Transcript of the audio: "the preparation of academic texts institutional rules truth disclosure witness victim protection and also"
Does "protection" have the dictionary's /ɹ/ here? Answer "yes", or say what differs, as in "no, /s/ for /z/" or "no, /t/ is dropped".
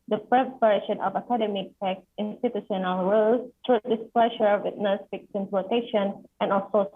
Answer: no, /l/ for /ɹ/